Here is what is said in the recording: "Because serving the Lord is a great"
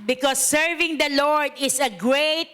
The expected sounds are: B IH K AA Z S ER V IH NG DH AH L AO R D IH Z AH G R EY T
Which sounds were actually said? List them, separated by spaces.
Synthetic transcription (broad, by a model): B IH K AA S ER V IH NG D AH L AO R D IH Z AH G R EY T